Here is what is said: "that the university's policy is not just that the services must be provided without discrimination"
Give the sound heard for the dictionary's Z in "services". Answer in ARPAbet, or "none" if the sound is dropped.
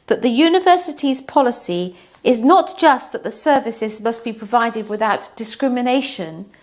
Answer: Z